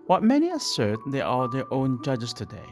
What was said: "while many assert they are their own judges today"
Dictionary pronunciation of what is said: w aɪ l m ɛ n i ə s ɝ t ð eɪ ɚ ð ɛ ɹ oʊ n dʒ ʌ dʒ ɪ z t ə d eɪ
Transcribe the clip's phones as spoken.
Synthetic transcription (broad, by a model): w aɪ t m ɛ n i ə s ɝ t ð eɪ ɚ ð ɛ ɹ oʊ n dʒ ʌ dʒ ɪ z t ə d eɪ